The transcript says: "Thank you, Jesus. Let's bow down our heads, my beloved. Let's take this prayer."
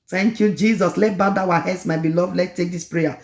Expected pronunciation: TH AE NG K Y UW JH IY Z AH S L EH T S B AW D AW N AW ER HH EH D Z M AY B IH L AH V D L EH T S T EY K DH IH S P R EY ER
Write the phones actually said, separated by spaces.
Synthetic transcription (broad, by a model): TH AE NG K Y UW JH IY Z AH S L EH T B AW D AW AW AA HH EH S M AY B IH L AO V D L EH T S T EY K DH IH S P R EY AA